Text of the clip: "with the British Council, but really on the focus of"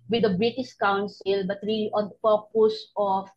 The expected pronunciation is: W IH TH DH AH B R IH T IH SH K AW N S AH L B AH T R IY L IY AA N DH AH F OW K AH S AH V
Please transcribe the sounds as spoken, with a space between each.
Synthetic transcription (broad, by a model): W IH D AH B R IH T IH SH K AW N S AH L B AH T R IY L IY AA N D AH P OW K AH S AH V